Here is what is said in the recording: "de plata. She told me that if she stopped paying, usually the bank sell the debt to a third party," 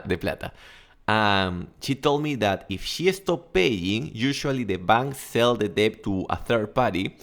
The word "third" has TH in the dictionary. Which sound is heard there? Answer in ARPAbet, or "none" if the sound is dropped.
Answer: TH